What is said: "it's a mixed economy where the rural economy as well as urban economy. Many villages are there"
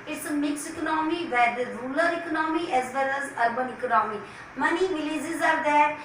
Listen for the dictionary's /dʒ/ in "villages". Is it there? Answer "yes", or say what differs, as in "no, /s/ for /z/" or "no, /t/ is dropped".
no, /z/ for /dʒ/